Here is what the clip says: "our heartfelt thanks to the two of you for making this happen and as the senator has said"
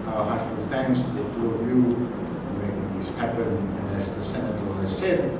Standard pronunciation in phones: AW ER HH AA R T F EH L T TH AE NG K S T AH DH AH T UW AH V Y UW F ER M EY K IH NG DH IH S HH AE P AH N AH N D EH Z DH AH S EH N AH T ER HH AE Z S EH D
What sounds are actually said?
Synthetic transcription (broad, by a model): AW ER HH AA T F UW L TH AE NG K S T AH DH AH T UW AH V Y UW F ER M EY K IH NG DH IH S HH AE P AH N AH N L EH S DH AH S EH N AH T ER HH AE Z S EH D